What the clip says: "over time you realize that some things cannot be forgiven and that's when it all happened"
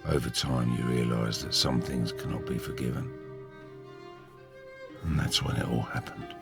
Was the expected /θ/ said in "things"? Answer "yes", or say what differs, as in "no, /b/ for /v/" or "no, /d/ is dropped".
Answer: yes